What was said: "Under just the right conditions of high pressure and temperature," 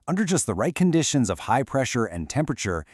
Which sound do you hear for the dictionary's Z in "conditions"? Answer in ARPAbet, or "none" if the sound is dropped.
Z